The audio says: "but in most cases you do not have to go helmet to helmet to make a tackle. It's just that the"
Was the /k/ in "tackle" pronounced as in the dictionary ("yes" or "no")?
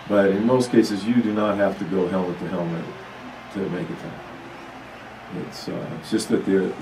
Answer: no